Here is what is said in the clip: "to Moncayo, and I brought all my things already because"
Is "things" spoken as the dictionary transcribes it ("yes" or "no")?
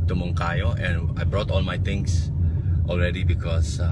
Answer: no